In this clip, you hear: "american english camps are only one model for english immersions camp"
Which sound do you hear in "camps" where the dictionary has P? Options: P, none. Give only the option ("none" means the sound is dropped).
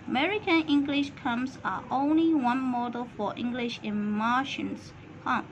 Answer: none